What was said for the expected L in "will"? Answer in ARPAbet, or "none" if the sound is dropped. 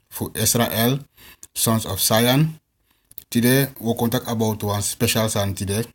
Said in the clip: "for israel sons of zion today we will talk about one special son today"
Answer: N